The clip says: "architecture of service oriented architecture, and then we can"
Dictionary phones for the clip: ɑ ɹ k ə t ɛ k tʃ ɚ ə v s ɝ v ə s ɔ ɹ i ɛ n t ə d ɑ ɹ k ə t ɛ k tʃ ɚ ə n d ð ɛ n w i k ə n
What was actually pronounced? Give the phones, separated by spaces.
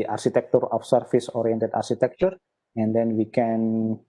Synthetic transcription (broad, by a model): ɑ ɹ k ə t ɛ k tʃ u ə f s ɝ f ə s ɔ ɹ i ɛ n t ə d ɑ ɹ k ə t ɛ k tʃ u ə n d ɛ n w i k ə n